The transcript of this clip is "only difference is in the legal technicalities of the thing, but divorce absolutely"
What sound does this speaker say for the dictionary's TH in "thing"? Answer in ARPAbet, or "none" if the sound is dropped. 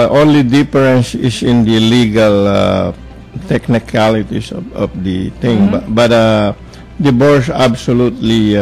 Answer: T